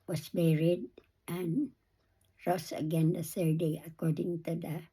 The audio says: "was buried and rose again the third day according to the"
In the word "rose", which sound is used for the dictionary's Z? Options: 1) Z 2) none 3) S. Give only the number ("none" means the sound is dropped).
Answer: 3